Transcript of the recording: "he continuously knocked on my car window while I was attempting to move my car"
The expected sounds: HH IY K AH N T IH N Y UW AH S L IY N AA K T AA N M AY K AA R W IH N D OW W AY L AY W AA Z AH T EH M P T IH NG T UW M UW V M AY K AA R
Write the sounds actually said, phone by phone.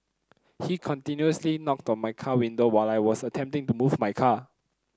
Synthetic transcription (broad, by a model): HH IY K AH N T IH N Y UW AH S L IY N AA K T AA N M AY K AA W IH N D OW W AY L AY W AA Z AH T EH M P T IH NG T UW M UW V M AY K AA